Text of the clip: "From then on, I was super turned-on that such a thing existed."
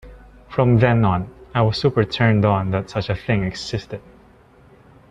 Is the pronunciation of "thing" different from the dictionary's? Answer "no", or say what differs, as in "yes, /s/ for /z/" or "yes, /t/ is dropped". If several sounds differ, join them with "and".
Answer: no